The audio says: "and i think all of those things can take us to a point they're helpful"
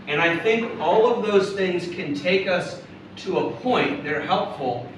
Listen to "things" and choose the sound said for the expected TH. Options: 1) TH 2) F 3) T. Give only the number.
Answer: 1